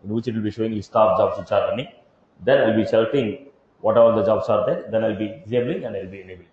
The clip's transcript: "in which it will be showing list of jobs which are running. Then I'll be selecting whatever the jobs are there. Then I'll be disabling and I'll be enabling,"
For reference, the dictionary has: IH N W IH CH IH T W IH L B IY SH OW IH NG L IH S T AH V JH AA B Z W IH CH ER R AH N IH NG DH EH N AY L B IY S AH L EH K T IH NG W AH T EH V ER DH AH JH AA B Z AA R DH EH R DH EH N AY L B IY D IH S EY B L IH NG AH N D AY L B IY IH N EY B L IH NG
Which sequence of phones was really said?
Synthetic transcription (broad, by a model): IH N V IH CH IH T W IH L B IY SH OW IH NG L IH S T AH P JH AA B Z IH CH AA R AH N IH NG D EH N AY L B IY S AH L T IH NG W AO T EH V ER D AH JH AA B S AA R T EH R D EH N AY L B IY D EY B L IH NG AH N D AY L B IY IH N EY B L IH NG